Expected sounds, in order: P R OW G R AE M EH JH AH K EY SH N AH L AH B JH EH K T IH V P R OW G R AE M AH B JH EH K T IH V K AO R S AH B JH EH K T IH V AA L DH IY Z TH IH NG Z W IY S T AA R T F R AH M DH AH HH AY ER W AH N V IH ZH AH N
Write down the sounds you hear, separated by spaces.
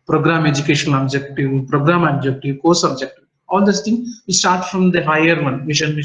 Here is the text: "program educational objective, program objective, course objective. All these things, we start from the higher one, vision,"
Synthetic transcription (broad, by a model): P R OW G R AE M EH JH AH K EY SH AH N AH B JH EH K T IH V P R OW G R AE M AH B JH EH K T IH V K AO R S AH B JH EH K T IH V AA L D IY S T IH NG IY S T AA R T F R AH M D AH HH AY ER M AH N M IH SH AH N